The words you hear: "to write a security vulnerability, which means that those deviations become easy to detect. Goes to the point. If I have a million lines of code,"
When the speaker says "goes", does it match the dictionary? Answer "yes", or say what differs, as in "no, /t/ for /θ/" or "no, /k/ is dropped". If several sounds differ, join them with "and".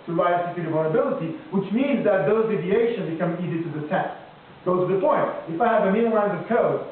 no, /z/ is dropped